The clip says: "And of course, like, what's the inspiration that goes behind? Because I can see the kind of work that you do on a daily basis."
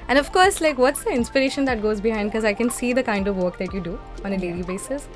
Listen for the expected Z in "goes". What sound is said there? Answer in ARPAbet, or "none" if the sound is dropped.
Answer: Z